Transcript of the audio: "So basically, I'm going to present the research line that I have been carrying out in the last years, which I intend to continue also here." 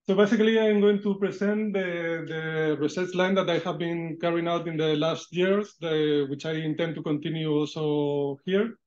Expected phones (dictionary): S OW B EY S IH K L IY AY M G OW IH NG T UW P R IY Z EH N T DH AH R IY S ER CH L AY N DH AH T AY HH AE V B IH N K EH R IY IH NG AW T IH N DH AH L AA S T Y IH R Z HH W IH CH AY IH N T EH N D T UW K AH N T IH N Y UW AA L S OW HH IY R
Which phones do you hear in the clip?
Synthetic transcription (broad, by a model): S OW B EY S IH K L IY AY M G OW IH NG T UW P R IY S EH N T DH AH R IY S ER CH L AY N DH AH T AY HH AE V B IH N K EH R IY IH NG AW T IH N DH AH L AA S T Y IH R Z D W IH CH AY IH N T EH N D T UW K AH N T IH N Y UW AA L S OW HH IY R